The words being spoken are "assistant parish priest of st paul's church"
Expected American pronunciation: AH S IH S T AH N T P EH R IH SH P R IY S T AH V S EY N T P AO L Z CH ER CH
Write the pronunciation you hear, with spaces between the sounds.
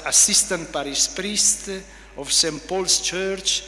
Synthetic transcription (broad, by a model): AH S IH S T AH N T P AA R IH S P R IY S T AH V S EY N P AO L S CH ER CH